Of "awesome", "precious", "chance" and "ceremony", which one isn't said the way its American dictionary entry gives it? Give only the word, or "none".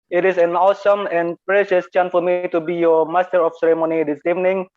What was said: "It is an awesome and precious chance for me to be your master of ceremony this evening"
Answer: chance